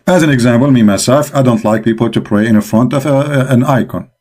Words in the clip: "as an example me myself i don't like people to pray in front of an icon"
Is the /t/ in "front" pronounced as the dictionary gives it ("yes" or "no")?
yes